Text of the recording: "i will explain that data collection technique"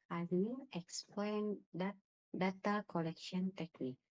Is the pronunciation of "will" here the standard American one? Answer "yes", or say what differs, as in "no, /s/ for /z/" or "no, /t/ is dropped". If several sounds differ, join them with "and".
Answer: no, /n/ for /l/